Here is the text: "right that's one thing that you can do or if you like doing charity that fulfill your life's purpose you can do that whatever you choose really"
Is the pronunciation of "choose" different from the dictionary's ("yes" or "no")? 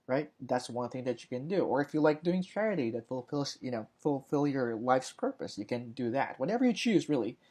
no